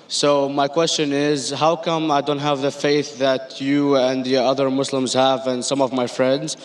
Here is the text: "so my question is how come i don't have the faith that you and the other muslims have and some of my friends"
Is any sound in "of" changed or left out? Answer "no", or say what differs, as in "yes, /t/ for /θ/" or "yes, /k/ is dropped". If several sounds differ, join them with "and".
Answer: no